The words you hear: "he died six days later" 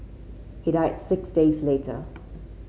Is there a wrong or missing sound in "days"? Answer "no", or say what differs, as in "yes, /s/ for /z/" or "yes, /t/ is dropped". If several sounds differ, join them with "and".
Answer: no